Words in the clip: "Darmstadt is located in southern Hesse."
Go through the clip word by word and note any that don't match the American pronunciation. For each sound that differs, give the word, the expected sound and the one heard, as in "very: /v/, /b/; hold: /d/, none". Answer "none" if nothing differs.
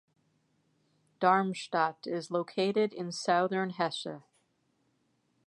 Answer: hesse: /s/, /ʃ/